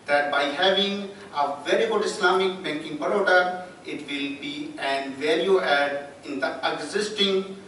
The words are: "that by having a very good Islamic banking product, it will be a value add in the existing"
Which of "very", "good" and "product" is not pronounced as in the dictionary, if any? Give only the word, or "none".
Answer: product